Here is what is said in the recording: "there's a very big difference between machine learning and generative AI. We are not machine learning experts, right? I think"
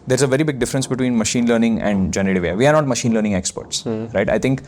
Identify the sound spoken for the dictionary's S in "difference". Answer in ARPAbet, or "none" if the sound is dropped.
S